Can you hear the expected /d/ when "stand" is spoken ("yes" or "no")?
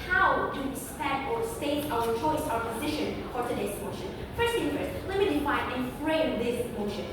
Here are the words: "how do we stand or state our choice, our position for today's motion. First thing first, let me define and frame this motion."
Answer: no